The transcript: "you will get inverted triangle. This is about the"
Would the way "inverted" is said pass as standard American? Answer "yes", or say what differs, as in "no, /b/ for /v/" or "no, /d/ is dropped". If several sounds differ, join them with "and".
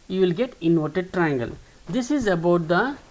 no, /v/ is dropped